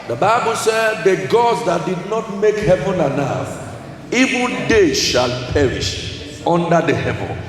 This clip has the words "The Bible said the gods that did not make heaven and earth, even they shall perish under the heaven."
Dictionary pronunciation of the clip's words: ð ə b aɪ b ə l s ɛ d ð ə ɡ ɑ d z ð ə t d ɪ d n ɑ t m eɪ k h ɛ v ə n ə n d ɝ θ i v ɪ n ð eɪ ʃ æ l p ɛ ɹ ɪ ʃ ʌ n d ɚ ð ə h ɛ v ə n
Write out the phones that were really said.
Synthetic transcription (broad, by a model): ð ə b aɪ b ə l s ɛ d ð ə ɡ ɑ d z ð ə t d ɪ d n ɑ t m eɪ k h ɛ v ə n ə n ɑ f i v ɪ n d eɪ ʃ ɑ l p ɛ ɹ ɪ ʃ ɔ n d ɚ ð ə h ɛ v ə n